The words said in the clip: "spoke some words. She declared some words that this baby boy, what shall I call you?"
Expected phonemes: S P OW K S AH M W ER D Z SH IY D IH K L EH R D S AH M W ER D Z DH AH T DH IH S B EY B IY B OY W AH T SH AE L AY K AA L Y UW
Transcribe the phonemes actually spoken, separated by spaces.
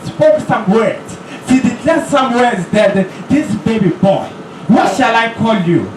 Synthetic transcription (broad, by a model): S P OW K S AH M W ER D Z S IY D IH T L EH S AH M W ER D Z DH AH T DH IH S B EY B IY B OY W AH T SH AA L AY K AA L Y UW